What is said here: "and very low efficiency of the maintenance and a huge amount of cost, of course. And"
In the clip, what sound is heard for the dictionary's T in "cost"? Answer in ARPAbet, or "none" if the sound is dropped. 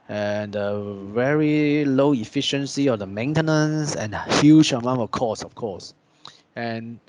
none